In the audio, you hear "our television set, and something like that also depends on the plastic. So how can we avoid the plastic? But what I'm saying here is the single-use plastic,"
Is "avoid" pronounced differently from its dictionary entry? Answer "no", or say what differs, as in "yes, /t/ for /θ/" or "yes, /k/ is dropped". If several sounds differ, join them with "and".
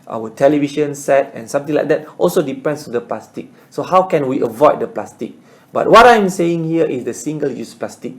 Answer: no